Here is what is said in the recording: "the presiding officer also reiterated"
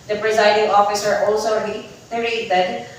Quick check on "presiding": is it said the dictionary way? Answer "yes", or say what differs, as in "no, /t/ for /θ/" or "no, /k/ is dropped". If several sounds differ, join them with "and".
yes